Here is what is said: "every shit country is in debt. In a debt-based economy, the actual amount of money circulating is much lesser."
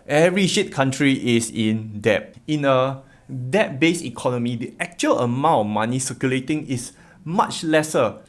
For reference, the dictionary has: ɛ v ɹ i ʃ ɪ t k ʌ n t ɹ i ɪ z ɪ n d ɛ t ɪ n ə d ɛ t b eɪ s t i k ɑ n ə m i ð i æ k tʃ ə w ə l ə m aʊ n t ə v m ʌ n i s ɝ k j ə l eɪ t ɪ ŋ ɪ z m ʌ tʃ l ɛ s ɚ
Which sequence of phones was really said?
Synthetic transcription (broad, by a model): ɛ v ɹ i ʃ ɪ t k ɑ n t ɹ i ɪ s ɪ n d ɛ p ɪ n ə d ɛ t b eɪ s i k ɑ n ə m i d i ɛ k tʃ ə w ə l ə m aʊ n t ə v m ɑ n i s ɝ k j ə l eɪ t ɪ ŋ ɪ s m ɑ tʃ l ɛ s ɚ